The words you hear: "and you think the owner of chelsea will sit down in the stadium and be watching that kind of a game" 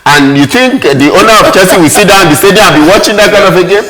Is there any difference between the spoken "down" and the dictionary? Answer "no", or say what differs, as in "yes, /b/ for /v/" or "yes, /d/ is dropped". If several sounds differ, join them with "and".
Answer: yes, /n/ is dropped